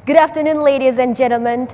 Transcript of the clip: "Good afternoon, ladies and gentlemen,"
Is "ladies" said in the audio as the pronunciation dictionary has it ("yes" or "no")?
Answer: yes